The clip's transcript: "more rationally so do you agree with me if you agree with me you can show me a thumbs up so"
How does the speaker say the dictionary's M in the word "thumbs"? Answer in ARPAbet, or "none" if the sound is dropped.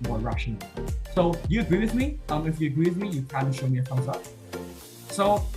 none